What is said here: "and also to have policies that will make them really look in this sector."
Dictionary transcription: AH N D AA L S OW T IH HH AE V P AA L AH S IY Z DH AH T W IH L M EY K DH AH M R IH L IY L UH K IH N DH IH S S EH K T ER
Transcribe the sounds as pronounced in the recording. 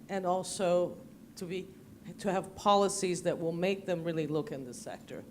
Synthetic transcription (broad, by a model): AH N AA L S OW T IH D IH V P AA L AH S IY Z DH AH T W IH L M EY K DH AH M R IH L IY L UH K IH N DH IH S S EH K T ER